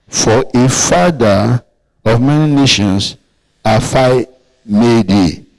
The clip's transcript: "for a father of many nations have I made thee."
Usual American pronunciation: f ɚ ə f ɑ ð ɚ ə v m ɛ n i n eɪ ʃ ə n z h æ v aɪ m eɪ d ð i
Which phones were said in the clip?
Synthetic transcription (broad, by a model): f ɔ ə f ɑ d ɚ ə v m ɛ n i n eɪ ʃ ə n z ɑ f aɪ m eɪ d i